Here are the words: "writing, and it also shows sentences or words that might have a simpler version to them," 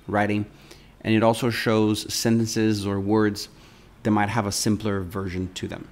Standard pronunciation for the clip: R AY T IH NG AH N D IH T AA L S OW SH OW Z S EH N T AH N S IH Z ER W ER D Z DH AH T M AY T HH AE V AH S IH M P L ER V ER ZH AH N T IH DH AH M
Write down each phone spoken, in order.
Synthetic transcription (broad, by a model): R AY T IH NG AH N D IH T AA L S OW SH OW Z S EH N T AH N S IH Z ER W ER D Z DH AH T M AY T HH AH V AH S IH M P L ER V ER ZH AH N T IH DH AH M